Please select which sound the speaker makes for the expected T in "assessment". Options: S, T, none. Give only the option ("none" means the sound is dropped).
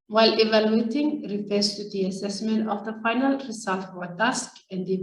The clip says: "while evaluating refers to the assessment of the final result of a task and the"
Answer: T